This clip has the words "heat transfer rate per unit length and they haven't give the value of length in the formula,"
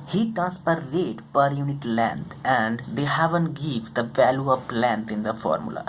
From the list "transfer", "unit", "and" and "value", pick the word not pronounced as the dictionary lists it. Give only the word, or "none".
transfer